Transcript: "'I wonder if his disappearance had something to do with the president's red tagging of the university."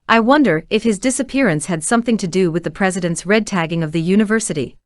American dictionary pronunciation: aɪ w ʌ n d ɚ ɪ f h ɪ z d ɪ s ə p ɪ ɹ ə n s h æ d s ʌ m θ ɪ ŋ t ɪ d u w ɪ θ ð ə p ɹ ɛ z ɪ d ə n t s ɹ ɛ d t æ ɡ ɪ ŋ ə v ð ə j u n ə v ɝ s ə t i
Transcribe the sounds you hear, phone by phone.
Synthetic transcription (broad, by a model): aɪ w ʌ n d ɚ ɪ f h ɪ z d ɪ s ə p ɪ ɹ ə n s h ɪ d s ʌ m θ ɪ ŋ t ɪ d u w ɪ ð ə p ɹ ɛ z ɪ d ə n t s ɹ ɛ d t æ ɡ ɪ ŋ ə v ð ə j u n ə v ɝ s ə t i